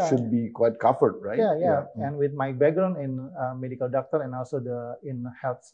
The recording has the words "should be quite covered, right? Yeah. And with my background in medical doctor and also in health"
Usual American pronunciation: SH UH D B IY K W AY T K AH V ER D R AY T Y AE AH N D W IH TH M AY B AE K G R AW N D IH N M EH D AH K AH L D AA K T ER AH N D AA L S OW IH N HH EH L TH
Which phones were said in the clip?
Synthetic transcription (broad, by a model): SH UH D B IY K W AY T K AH F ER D R AY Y Y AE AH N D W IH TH M AY B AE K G R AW N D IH N M EH D AH K AH L D AA K T ER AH N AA L S OW IH N HH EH L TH